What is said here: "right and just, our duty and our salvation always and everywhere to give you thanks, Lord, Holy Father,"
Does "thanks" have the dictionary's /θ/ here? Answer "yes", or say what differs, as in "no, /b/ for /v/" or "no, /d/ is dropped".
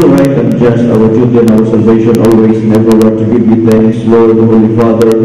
no, /t/ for /θ/